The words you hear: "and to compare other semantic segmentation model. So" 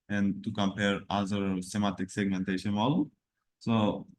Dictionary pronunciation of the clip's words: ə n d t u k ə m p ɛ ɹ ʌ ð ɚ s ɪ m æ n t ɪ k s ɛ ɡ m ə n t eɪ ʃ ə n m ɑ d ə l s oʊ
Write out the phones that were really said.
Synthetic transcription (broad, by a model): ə n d t u k ə m p ɛ ɹ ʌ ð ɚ s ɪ m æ t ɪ k s ɛ ɡ m ə n t eɪ ʃ ə n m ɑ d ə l s oʊ